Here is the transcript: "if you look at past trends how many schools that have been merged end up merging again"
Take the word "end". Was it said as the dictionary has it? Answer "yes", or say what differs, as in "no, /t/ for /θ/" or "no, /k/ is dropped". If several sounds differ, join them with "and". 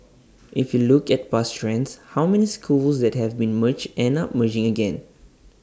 no, /d/ is dropped